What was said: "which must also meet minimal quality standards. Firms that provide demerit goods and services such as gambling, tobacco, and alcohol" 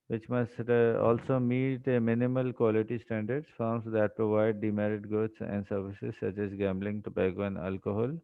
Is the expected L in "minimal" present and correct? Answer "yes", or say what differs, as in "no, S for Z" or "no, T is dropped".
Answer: yes